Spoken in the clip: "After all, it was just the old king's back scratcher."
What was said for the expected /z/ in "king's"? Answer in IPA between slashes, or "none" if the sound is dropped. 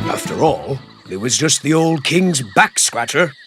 /z/